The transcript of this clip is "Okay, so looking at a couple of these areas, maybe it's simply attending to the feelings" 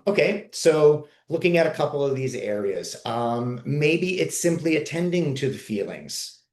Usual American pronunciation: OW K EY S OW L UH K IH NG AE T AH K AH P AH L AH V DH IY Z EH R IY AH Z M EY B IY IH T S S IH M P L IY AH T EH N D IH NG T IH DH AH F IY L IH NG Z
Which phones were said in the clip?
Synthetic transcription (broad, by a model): OW K EY S OW L UH K IH NG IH T AH K AH P L AH V DH IY Z EH R IY AH Z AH EY B IY IH T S S IH M P L IY AH T EH N D IH NG T IH DH AH F IY L IH NG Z